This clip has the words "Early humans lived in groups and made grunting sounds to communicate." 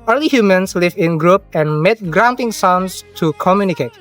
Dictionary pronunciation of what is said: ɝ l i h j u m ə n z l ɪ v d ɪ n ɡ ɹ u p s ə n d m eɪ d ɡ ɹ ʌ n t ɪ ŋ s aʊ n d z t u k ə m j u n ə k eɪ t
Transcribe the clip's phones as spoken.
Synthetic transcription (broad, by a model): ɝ l i h j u m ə n s l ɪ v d ɪ n ɡ ɹ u p ə n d m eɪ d ɡ ɹ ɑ n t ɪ ŋ s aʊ n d s t u k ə m j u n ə k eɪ t